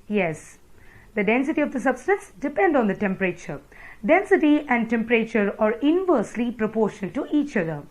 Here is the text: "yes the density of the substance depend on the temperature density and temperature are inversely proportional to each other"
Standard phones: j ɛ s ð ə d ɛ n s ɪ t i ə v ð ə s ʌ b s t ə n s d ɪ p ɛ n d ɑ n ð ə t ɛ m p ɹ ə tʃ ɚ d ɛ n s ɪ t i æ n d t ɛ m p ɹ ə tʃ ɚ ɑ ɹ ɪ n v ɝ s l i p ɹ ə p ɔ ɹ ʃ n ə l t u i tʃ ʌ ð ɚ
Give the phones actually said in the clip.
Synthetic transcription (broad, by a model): j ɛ s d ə d ɛ n s ɪ t i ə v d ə s ʌ b s t ə n s d ɪ p ɛ n d ɑ n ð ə t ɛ m p ɹ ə tʃ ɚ d ɛ n s ɪ t i æ n d t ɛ m p ɹ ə tʃ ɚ ɑ ɹ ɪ n v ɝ s l i p ɹ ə p ɔ ɹ ʃ ə n t u i tʃ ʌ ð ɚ